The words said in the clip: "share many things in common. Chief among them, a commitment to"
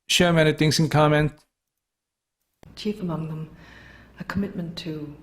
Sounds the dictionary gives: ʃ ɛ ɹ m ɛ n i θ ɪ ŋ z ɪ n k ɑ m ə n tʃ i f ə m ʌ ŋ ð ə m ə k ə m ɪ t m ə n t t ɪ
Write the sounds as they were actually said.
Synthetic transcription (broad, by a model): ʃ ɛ m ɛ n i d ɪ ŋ s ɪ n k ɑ m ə n tʃ i f ə m ʌ ŋ ð ə m ə k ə m ɪ t m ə n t t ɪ